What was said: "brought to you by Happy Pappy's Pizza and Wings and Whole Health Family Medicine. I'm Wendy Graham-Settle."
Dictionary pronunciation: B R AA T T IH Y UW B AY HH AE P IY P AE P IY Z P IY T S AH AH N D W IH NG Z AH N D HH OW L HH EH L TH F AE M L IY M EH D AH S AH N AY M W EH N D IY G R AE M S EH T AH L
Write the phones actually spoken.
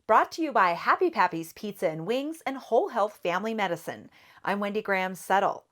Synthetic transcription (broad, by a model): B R AA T T IH Y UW B AY HH AE P IY P AE P IY Z P IY T S AH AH N W IH NG Z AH N HH OW L HH EH L TH F AE M L IY M EH D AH S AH N AY M W EH N D IY G R AE M S EH T L